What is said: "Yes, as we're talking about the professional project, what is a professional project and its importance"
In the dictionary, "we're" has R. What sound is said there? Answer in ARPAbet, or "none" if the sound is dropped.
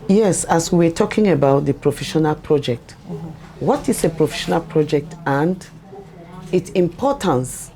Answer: W